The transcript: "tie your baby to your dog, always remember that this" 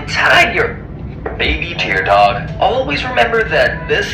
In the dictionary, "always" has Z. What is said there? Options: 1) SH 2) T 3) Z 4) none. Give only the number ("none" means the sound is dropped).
3